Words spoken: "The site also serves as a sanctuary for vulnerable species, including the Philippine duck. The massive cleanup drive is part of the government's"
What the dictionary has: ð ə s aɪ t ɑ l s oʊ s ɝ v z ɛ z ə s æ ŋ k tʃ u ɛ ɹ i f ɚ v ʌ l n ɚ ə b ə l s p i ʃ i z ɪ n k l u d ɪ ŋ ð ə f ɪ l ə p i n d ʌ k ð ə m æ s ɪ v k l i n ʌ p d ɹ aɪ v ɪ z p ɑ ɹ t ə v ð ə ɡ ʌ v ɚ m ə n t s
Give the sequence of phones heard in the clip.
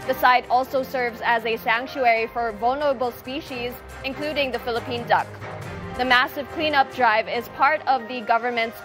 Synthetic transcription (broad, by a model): ð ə s aɪ t ɑ l s oʊ s ɝ v z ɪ z ə s æ ŋ k tʃ u ɛ ɹ i f ɚ v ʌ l n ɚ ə b l s p i ʃ i z ɪ n k l u d ɪ ŋ ð ə f ɪ l ə p i n d ʌ k ð ə m æ s ɪ v k l i n ʌ p d ɹ aɪ v ɪ z p ɑ ɹ t ə v ð ə ɡ ʌ v ɚ m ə n t s